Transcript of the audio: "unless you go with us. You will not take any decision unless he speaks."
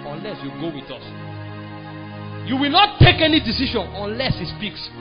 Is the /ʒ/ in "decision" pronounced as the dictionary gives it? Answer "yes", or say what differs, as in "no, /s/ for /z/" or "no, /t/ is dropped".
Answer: no, /ʃ/ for /ʒ/